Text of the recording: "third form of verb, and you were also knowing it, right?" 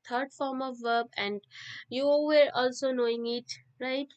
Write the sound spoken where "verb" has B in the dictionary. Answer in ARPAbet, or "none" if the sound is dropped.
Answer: B